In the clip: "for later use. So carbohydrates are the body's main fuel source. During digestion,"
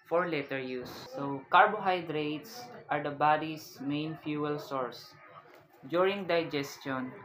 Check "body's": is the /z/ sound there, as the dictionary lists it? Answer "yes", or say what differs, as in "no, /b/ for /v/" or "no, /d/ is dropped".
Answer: no, /s/ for /z/